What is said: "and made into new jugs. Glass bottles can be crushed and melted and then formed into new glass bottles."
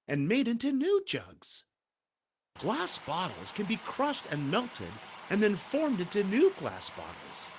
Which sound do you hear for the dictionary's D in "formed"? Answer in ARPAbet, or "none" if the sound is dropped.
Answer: D